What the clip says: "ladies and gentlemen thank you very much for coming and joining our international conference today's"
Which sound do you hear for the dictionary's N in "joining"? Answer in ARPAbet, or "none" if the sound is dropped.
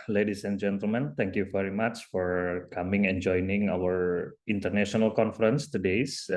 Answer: N